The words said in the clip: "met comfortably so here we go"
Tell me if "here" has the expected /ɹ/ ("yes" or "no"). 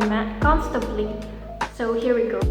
yes